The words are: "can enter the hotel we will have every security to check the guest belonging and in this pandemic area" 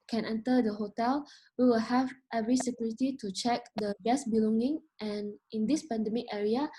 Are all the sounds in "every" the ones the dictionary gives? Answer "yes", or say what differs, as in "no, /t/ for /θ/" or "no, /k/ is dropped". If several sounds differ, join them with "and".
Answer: yes